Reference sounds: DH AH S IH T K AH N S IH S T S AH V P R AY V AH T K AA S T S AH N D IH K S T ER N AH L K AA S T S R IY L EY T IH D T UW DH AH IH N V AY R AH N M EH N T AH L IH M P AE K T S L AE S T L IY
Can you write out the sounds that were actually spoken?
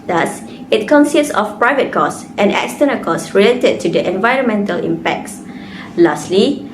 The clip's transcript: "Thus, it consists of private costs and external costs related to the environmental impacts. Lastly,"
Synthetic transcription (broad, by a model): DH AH S IH T K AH N S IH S T S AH F P R AY V AH T K AA S T AH N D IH K S T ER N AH K AA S S R IY L EY T IH D T UW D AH IH N V AY R AH N M EH N T AH L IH M P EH K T S L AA S T L IY